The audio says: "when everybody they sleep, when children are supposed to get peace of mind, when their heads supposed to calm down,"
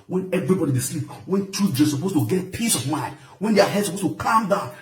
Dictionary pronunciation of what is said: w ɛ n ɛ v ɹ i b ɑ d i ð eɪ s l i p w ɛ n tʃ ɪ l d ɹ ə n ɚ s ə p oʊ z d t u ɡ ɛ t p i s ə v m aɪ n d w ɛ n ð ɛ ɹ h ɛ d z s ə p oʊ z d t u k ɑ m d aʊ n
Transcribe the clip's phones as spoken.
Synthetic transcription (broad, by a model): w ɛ n ɛ v ɹ i b ɑ d i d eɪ s l i p w ɛ n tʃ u d ə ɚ s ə p oʊ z t u ɡ ɛ t p i s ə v m aɪ n d w ɛ n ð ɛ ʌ h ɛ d s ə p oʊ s t u k ɑ m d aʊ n